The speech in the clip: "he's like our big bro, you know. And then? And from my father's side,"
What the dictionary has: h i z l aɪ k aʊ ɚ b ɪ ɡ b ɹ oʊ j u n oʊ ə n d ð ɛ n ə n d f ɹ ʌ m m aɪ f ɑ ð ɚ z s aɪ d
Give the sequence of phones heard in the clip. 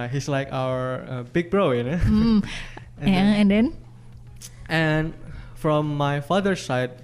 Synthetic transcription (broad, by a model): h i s l aɪ k aʊ ɚ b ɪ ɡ b ɹ oʊ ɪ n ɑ ə n d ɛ n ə n f ɹ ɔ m m aɪ f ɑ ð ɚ s aɪ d